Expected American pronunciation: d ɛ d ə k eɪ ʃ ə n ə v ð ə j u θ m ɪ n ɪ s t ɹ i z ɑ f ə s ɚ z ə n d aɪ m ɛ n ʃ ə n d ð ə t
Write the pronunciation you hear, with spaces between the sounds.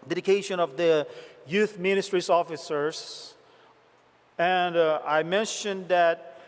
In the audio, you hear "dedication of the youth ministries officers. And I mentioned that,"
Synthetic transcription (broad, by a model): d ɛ d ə k eɪ ʃ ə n ə v ð ə j u θ m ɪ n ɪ s t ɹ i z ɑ f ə s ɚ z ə n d aɪ m ɛ n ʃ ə n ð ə t